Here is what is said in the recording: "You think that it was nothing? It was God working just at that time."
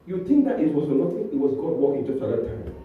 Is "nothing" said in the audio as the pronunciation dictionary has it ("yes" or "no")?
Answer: no